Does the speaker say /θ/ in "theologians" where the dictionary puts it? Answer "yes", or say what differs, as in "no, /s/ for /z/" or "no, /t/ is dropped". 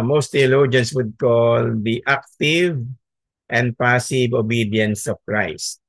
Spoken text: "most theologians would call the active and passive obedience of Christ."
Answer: no, /t/ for /θ/